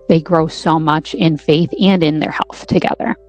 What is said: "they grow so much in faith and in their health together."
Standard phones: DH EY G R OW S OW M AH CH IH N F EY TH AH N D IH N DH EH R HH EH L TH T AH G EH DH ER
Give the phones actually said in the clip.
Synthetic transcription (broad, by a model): DH EY G R OW S OW M AH CH IH N F EY TH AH N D IH N DH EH R HH EH L TH T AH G EH DH ER